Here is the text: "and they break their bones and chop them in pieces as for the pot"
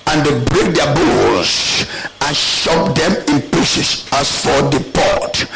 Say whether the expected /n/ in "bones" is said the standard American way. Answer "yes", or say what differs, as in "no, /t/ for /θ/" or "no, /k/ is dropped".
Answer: no, /l/ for /n/